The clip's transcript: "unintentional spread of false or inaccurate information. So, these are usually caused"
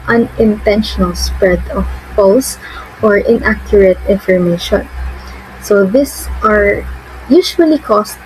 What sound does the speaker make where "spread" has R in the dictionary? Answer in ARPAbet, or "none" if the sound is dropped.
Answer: R